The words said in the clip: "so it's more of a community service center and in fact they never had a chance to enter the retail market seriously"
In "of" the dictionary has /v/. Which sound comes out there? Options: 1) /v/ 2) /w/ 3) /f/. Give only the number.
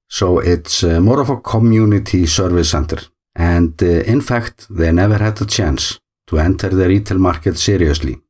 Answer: 3